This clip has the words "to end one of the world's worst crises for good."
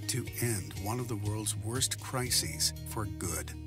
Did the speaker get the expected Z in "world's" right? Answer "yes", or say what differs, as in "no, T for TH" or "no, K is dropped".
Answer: yes